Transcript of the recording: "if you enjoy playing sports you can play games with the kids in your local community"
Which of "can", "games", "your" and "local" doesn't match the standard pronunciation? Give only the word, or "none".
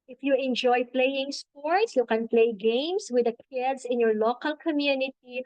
games